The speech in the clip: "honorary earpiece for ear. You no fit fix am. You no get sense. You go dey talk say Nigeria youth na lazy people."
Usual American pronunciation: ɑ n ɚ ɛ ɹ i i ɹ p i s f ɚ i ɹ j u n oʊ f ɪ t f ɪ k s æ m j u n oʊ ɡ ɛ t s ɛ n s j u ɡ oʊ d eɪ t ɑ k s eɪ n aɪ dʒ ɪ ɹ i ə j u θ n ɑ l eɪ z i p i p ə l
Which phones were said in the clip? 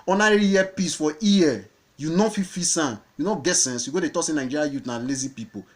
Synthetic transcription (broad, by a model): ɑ n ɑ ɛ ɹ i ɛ p i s f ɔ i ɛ j u n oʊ f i f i s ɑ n j u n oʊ ɡ ɛ t s ɛ n s j u ɡ oʊ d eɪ t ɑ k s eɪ n aɪ dʒ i ɹ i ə j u t n ɑ l eɪ z i p i p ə